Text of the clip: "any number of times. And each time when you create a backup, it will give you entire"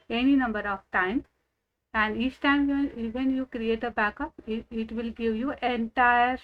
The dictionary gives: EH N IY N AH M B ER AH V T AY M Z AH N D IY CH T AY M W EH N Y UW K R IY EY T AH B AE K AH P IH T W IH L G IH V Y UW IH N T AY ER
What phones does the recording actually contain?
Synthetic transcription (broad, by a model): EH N IY N AH M B ER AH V T AY M AH N D IY CH T AY M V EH N Y UW K R IY EY T AH B AE K AH P IH T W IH L G IH V Y UW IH N T AY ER